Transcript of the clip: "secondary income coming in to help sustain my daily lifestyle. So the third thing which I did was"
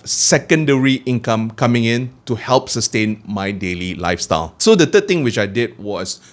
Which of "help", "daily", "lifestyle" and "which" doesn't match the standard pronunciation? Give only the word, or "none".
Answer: none